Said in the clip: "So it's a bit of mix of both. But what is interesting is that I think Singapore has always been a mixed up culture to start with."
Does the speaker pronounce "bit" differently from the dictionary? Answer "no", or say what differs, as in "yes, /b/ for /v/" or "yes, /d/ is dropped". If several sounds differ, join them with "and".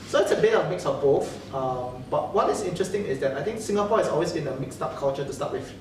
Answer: yes, /t/ is dropped